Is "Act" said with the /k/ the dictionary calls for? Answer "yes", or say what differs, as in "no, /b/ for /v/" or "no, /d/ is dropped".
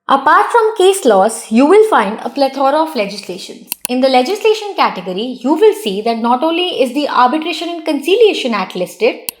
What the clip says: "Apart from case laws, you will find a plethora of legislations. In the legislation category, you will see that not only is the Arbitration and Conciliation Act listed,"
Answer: no, /k/ is dropped